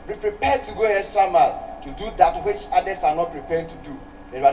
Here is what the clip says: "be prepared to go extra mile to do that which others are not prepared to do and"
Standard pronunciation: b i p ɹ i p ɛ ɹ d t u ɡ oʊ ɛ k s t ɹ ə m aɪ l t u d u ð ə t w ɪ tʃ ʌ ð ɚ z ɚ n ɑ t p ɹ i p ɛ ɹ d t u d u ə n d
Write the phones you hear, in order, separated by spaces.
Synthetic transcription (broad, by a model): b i p ɹ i p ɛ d t u ɡ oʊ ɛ s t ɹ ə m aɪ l t u d u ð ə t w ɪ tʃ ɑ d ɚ s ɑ n ɑ t p ɹ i p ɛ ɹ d t u d u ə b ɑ